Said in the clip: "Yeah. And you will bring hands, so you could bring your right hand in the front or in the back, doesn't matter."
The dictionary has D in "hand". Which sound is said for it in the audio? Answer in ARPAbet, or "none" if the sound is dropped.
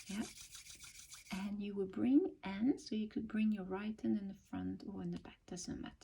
none